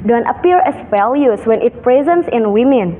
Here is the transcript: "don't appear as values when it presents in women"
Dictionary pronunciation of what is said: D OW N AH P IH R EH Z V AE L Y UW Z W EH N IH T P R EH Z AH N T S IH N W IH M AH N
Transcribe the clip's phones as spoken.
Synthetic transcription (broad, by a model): D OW N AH P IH R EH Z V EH L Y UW S W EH N IH T P R EH Z AH N T S IH N W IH M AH N